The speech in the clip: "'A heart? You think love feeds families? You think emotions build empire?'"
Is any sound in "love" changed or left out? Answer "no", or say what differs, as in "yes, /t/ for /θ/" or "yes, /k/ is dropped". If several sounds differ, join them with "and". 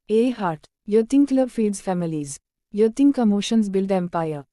yes, /b/ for /v/